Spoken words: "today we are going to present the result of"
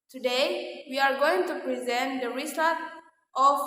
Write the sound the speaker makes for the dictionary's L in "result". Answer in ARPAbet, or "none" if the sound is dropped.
none